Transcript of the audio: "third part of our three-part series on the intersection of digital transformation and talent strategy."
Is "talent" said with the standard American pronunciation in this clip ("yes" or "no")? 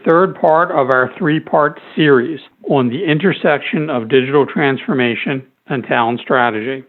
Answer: no